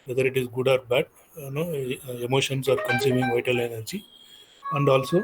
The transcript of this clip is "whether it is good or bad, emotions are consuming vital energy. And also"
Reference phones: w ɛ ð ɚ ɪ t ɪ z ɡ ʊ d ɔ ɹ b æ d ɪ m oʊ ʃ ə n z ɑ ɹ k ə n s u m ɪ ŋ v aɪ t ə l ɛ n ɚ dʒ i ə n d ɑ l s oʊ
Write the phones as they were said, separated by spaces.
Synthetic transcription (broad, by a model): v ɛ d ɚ ɪ t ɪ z ɡ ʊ d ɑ ɹ b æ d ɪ m oʊ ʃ ə n s ɑ ɹ k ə n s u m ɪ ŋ v aɪ t ə l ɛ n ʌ tʃ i ə n d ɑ l s oʊ